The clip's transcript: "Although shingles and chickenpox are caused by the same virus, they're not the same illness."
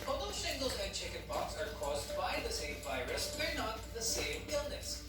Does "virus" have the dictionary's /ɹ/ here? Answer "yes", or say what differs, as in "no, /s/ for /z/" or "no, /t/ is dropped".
yes